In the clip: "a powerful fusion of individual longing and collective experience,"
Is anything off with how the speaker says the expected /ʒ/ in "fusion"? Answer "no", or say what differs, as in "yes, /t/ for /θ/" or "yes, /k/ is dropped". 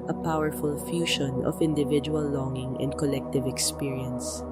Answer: yes, /ʃ/ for /ʒ/